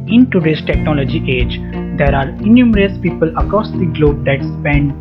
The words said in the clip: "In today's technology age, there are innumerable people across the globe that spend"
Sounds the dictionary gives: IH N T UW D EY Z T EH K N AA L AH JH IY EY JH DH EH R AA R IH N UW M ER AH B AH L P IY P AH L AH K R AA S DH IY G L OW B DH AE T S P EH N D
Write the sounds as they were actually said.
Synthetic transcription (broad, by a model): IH N T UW D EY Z T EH K N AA L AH JH IY EY JH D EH R AA R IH N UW M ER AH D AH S P IY P AH L AH K R AA S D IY G L OW B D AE T S P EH N D